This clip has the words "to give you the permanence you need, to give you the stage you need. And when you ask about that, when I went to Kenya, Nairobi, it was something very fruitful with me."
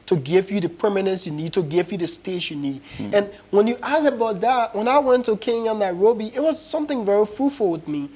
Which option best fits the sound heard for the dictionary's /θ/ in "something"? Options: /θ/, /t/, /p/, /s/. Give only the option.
/θ/